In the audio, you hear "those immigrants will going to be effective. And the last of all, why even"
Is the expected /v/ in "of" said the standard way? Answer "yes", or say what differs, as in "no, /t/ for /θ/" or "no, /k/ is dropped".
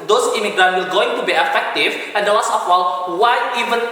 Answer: no, /w/ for /v/